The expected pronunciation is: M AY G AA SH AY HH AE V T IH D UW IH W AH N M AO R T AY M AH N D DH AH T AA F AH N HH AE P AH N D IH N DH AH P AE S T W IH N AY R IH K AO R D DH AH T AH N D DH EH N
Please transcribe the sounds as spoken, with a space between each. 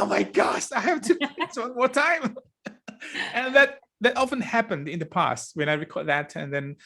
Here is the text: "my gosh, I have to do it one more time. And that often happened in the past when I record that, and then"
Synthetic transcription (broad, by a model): M AY G AA SH AY HH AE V T IH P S W AH N M AO R T AY M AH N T DH AH T AA F AH N HH AE P AH N D IH N DH AH P AE S T W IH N AY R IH K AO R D DH AH T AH N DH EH N